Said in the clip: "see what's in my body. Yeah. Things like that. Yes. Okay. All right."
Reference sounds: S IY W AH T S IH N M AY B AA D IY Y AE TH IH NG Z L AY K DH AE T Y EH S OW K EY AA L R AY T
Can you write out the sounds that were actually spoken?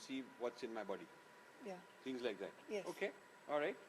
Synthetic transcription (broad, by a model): S IY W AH T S IH N M AY B AA D IY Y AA T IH NG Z L AY K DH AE T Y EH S OW K EY AA L R AY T